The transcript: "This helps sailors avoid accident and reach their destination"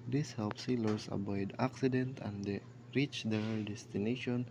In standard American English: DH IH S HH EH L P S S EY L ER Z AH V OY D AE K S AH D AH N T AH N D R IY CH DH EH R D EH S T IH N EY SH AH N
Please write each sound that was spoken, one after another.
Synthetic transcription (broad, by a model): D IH S HH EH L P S S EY L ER S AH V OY D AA K S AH D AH N T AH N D R IY CH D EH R D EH S T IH N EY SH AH N